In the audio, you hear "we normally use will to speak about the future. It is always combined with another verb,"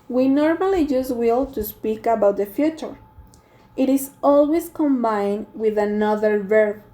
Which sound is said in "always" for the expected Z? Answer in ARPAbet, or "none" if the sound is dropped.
S